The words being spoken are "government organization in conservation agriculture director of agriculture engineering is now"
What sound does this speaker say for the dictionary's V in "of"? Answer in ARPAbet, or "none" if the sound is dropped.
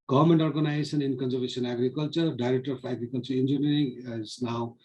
F